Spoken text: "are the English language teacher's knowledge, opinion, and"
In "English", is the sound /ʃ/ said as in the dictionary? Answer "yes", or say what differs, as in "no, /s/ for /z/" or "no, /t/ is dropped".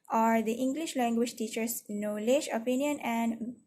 yes